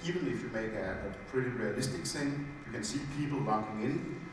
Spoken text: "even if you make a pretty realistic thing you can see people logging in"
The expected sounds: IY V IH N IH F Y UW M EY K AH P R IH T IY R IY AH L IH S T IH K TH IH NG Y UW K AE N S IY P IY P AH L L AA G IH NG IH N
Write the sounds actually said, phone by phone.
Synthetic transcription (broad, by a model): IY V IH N IH F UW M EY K AH P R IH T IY R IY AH L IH S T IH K S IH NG Y UW K AE N S IY P IY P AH L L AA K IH NG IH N